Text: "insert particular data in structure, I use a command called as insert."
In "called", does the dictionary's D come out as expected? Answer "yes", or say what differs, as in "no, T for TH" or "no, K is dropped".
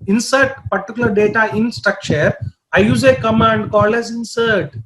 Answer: no, D is dropped